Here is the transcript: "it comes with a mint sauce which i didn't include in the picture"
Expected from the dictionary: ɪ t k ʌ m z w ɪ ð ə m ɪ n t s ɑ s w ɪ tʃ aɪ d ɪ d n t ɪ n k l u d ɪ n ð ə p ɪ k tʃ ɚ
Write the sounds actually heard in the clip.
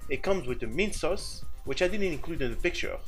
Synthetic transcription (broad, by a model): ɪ t k ʌ m z w ɪ ð ə m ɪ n s ɑ s w ɪ tʃ aɪ d ɪ d n t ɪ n k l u d ɪ n ð ə p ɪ k tʃ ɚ